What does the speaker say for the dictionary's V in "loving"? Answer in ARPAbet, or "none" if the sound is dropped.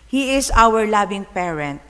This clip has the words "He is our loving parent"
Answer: B